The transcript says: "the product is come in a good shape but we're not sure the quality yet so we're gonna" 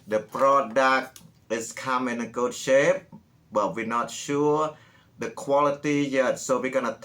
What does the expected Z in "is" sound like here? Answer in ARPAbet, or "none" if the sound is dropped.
S